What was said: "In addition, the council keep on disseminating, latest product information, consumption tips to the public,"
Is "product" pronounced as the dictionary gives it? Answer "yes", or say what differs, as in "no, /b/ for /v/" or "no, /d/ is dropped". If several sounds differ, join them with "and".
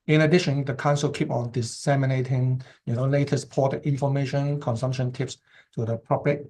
no, /ɹ/ is dropped